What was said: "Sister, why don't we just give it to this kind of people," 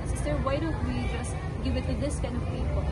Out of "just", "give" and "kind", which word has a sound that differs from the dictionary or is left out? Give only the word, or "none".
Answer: kind